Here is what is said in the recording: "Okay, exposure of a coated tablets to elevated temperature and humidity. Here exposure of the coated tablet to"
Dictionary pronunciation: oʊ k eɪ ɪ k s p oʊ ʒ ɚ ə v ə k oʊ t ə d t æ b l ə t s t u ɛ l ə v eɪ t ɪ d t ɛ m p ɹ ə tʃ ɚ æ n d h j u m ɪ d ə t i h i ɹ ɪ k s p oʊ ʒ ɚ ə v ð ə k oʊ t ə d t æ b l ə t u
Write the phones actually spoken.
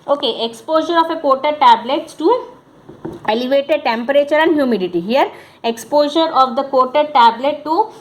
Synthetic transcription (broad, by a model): oʊ k eɪ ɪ k s p oʊ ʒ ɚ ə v ə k oʊ t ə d t æ b l ə t s t u ɛ l ə v eɪ t ɪ d t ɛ m p ɹ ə tʃ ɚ æ n d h j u m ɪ d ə t i h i ɹ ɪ k s p oʊ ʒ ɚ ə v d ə k oʊ t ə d t æ b l ə t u